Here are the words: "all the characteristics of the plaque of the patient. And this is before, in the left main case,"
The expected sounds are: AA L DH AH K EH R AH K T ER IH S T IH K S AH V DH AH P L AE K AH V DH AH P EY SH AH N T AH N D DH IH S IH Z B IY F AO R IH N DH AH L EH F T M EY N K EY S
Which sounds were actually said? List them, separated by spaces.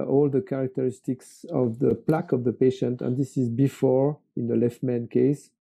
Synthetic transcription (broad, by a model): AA L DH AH K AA R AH K T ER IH S T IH K S AH V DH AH P L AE K AH V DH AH P EY SH AH N T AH N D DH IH S IH Z B IY F AO R IH N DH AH L EH F T M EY N K EY S